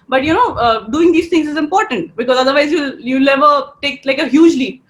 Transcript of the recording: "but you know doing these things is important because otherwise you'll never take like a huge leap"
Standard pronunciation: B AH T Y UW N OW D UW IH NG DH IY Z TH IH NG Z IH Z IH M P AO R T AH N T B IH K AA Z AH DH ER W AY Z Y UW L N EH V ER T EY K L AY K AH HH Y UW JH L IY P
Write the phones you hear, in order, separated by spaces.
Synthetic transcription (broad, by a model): B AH T Y UW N OW D UW IH NG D IY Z T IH NG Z IH Z IH M P AO R T AH N T B IH K AA Z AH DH ER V AY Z Y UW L L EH V ER T EY K L AY K AH HH Y UW JH L IY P